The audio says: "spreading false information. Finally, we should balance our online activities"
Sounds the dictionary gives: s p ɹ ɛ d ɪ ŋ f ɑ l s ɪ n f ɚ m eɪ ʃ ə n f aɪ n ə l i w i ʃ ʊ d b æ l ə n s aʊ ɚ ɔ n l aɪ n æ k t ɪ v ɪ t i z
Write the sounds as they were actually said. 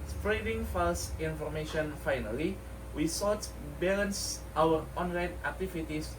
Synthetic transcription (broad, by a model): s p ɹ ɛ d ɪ ŋ f ɑ l s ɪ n f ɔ m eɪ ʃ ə n f aɪ n ə l i w i s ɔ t b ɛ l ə n s aʊ ɚ ɔ n l aɪ n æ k t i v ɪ t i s